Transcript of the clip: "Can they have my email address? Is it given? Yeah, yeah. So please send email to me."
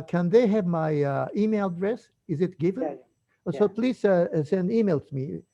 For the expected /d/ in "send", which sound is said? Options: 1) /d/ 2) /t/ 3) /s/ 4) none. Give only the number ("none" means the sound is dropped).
1